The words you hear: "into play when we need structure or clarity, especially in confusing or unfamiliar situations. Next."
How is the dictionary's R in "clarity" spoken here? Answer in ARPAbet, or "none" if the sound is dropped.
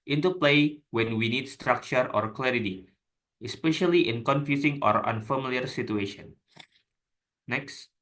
R